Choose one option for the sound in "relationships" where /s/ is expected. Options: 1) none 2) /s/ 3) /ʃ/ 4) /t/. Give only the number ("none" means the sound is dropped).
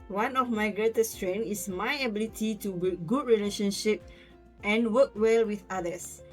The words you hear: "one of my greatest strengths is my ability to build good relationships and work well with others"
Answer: 1